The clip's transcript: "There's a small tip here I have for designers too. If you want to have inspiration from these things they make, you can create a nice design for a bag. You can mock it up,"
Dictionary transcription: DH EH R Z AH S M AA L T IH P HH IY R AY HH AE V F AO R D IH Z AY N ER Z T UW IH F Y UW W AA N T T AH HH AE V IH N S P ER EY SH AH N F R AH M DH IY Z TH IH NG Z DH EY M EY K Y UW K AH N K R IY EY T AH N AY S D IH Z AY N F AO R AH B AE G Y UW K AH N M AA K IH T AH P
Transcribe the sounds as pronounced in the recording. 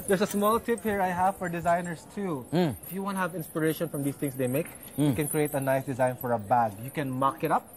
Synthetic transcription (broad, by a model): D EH R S AH S M AA L T IH P HH IY R AY HH AE V F AO R D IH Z AY N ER S T UW IH F Y UW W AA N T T HH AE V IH N S P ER EY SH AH N F R AH M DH IY S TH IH NG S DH EY M EY K Y UW K AH N K R IY EY T AH N AY S D IH Z AY N F AO R AH B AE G Y UW K AH N M AA K IH T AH P